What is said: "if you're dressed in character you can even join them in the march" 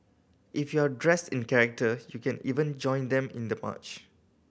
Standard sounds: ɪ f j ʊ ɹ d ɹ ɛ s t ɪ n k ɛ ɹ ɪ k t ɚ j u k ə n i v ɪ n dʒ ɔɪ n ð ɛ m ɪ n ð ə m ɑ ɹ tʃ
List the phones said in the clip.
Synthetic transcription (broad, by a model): ɪ f j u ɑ d ɹ ɛ s t ɪ n k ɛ ɹ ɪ k t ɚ j u k ə n i v ɪ n dʒ ɔɪ n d ɛ m ɪ n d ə m ɑ tʃ